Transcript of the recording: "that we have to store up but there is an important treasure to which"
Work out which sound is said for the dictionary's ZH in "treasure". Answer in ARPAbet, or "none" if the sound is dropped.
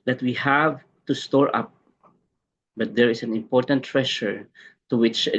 SH